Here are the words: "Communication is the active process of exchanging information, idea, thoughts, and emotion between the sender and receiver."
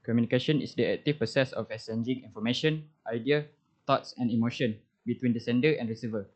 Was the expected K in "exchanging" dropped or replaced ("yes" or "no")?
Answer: yes